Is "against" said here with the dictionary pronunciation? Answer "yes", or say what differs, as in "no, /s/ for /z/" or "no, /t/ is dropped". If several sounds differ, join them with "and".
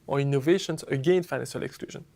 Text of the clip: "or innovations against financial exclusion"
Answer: no, /s/ is dropped